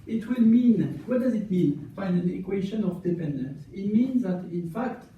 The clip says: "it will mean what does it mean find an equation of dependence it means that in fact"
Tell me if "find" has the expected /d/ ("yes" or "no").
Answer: no